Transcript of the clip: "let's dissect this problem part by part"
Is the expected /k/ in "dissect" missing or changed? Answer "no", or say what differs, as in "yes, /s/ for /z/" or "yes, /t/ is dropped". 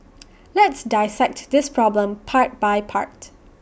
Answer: no